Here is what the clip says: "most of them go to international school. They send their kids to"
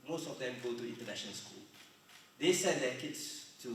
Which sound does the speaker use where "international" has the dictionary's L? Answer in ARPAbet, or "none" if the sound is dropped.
N